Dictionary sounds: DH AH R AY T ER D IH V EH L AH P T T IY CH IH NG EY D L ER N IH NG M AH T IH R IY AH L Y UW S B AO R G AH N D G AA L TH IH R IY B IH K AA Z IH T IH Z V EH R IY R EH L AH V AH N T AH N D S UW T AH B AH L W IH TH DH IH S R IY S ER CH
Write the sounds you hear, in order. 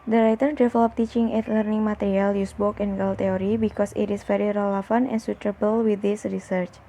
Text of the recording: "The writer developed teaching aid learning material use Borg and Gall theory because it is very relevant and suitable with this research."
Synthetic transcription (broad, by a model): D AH R AY T ER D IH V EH L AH P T T IY CH IH NG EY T L ER N IH NG M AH T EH R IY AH L Y UW S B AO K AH N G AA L T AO R IY B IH K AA S IH T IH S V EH R IY R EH L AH F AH N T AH N S UW T AH B AH L W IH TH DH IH S R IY S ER CH